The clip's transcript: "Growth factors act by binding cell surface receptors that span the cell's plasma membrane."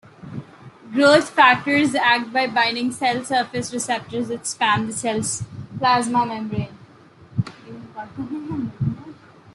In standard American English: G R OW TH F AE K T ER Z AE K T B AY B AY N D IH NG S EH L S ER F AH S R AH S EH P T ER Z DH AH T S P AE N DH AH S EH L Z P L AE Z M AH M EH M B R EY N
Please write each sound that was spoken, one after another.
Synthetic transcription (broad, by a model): G R OW T F AE K T ER Z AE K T B AY B AY N D IH NG S EH L S ER F AH S R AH S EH P T ER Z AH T S P AE N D S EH L S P L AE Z M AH M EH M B R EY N